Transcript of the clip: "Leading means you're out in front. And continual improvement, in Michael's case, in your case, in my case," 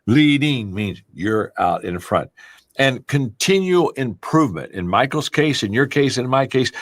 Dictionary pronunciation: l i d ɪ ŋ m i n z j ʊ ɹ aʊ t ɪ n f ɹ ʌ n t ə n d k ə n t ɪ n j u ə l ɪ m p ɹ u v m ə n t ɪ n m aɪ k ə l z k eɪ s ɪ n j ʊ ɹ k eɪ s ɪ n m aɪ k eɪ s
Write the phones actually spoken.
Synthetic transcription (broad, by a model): l i d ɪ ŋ m i n z j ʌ ɹ aʊ t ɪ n f ɹ ʌ n t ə n k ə n t ɪ n j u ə l ɪ m p ɹ u v m ə n t ɪ n m aɪ k l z k eɪ s ɪ n j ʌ ɹ k eɪ s ɪ n m aɪ k eɪ s